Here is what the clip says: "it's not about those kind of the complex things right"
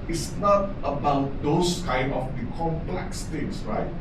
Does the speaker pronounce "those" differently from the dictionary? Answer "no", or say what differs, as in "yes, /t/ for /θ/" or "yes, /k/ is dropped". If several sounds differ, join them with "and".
yes, /s/ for /z/